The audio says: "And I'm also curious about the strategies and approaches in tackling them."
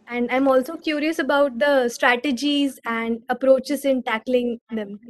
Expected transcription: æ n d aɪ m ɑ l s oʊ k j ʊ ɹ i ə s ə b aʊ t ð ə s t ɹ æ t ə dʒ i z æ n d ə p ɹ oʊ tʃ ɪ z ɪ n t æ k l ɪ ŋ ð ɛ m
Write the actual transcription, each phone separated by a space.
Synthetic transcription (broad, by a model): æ n d aɪ m ɑ l s oʊ k j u ɹ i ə s ə b aʊ t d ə s t ɹ æ t ə dʒ i z æ n d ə p ɹ oʊ tʃ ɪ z ɪ n t æ k l ɪ ŋ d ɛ m